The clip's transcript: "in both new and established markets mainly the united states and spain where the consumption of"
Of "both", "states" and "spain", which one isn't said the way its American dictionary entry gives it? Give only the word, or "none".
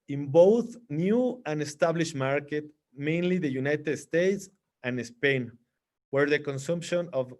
none